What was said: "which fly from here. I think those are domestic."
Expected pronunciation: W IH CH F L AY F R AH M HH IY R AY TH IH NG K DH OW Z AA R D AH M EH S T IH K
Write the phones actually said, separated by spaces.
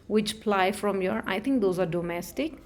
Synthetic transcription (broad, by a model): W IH CH P L AY F R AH M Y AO R AY T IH NG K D OW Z AA R D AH M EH S T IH K